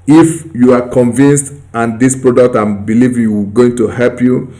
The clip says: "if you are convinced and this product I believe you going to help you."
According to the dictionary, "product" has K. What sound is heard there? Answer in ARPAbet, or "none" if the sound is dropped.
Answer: K